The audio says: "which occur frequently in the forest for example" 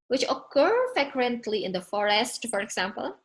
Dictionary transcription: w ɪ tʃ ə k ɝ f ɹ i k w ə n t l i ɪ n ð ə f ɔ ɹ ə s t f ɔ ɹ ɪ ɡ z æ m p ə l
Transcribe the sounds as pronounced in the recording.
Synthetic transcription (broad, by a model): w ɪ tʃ ə k ɝ f ɛ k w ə n t l i ɪ n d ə f ɔ ɹ ə s t f ɔ ɹ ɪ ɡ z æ m p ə l